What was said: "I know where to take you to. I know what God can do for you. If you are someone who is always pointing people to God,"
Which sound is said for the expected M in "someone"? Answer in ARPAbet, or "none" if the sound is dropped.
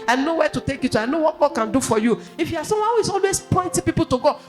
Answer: none